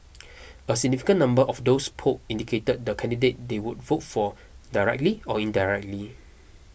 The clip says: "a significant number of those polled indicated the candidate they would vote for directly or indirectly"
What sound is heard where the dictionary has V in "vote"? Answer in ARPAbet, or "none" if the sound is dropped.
V